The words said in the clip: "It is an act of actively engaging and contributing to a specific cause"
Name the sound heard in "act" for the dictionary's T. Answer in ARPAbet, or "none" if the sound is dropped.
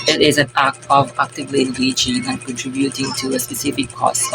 none